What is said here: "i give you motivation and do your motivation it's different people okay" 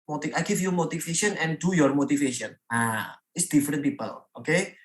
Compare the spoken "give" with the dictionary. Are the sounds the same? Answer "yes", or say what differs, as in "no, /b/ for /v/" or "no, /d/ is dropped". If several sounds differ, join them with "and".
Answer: no, /f/ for /v/